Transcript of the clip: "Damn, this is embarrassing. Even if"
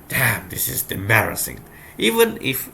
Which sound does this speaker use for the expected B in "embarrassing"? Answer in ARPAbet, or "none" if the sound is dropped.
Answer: none